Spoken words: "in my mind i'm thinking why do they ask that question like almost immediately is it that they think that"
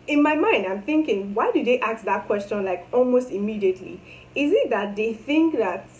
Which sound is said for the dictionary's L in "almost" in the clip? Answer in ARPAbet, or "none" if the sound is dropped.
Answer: L